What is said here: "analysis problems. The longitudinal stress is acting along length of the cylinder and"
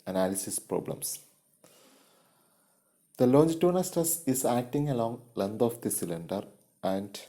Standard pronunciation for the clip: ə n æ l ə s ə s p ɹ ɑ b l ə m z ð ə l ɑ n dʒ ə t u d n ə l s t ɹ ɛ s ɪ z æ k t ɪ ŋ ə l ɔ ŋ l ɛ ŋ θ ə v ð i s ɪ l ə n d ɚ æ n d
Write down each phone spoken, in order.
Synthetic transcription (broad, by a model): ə n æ l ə s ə s p ɹ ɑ b l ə m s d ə l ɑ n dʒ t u n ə s t ʌ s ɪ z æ k t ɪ ŋ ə l ɔ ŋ l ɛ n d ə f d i s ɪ l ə n d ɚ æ n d